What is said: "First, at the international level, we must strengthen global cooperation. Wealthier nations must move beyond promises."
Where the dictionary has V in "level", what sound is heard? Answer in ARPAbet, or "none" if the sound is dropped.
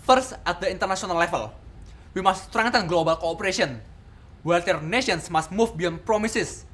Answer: F